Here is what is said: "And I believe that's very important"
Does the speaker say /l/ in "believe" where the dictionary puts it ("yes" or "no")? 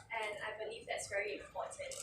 yes